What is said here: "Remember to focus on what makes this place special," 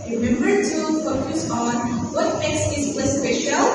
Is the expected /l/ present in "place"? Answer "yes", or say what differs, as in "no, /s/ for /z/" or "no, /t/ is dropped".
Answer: no, /l/ is dropped